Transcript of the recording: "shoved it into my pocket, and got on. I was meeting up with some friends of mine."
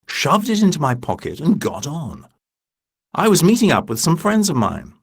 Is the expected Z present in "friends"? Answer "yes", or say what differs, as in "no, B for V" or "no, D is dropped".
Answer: yes